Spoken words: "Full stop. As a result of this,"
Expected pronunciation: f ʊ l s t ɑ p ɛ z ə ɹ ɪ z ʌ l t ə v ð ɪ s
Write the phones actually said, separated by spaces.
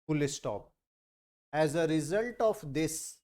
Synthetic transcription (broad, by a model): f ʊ l s t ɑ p ɛ z ə ɹ ɪ z ʌ l t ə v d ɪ s